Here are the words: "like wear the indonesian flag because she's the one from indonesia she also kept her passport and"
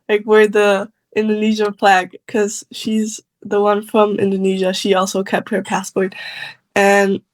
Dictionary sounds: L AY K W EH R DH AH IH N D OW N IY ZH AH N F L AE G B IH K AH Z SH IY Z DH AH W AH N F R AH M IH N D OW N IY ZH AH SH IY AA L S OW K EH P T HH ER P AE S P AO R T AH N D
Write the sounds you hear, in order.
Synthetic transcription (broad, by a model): L AY K W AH R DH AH IH N D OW N IY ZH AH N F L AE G K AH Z SH IY Z DH AH W AH N F R AH M IH N D OW N IY ZH AH SH IY AA L S OW K EH P T HH ER P AE S P AO R T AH N